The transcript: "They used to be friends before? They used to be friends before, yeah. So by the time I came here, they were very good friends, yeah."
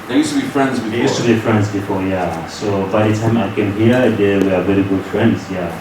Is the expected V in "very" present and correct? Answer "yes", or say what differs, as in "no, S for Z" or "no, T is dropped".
no, B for V